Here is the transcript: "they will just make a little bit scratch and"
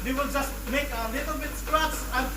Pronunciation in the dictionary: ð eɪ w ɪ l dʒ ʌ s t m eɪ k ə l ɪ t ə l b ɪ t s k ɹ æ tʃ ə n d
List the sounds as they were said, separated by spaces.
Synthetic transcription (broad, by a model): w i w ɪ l dʒ ʌ s t m eɪ k ə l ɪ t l b ɪ t s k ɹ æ s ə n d